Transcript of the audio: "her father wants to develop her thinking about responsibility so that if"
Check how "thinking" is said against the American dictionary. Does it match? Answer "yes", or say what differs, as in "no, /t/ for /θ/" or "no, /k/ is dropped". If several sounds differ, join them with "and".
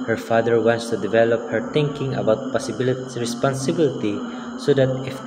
no, /t/ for /θ/